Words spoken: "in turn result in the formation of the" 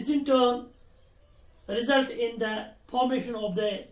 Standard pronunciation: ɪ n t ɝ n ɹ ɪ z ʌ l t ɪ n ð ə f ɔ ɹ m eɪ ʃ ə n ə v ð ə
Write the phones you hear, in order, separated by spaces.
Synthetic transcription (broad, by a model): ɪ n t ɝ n ɹ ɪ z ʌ l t ɪ n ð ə p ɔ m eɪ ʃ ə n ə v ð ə